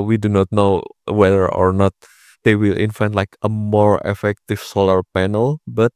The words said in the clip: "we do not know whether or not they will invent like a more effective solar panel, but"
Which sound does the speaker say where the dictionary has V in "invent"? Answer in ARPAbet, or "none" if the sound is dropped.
F